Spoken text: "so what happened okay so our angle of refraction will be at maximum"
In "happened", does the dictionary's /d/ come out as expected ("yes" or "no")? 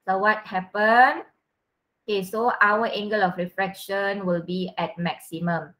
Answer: no